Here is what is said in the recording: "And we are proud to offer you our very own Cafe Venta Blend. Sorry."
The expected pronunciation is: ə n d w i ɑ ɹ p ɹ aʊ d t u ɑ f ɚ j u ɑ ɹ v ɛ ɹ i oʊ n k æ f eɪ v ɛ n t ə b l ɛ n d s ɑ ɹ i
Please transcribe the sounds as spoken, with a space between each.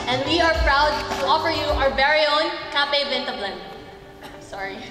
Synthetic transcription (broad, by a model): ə n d w i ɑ ɹ p ɹ aʊ d t u ɑ f ɚ j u ɑ ɹ b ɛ ɹ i oʊ n k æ p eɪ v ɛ n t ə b l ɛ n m s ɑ ɹ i